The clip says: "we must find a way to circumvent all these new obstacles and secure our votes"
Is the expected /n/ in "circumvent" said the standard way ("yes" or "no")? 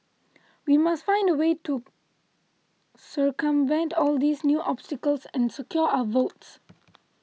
yes